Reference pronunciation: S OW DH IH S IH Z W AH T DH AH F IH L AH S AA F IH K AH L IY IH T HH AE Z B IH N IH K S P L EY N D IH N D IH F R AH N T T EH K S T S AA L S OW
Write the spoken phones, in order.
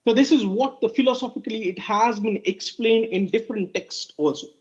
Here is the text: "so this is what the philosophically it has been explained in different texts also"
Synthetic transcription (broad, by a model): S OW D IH S IH Z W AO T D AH F IH L AH S AA F IH K AH L IY IH T HH AE Z B IH N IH K S P L EY N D IH N D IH F R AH N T T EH K S T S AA L S OW